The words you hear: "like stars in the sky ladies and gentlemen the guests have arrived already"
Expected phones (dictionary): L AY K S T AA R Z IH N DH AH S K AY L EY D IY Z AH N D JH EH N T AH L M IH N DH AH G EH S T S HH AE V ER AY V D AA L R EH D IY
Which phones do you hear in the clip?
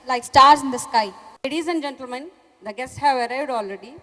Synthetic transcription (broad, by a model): L AY K S T AA R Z IH N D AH S K AY L EY D IY Z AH N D JH EH N T AH L M IH N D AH G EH S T HH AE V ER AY D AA L R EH D IY